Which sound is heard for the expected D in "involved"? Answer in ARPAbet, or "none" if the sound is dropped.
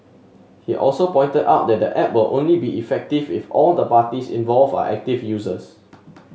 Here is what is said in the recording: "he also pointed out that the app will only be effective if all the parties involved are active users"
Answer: none